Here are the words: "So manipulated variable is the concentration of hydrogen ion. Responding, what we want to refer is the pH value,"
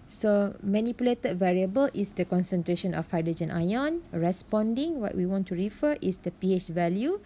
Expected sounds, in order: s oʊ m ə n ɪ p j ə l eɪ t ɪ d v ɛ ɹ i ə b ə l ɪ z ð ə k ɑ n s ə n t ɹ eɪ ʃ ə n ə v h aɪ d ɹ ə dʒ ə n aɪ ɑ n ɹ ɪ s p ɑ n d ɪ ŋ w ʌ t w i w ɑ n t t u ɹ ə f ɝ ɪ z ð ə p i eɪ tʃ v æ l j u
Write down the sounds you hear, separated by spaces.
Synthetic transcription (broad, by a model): s oʊ m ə n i p j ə l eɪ t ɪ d v ɛ ɹ i ə b ə l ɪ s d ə k ɑ n s ə n t ɹ eɪ ʃ ə n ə f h aɪ d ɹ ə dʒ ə n aɪ ɑ n ɹ ɪ s p ɑ n d ɪ ŋ w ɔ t w i w ɑ n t t u ɹ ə f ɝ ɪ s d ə p i eɪ tʃ v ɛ l j u